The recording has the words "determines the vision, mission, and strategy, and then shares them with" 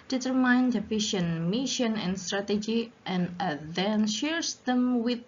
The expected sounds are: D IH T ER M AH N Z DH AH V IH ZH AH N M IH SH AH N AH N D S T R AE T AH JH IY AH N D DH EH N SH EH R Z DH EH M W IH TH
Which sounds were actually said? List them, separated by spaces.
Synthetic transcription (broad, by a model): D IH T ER M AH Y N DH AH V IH SH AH N M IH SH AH N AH N S T R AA T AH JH IY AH N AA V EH N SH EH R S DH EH M W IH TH